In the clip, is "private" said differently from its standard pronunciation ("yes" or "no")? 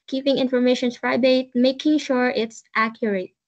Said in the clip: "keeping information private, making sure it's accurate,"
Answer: yes